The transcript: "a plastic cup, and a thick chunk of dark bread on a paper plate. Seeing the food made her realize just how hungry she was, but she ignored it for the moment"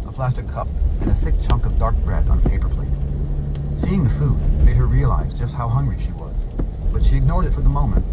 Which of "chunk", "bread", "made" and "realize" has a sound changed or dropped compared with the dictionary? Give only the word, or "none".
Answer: none